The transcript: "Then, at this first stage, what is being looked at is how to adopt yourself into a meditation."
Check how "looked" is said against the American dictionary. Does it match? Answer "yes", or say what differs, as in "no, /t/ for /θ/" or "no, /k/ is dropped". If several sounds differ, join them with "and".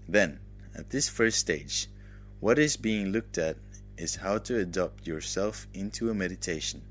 yes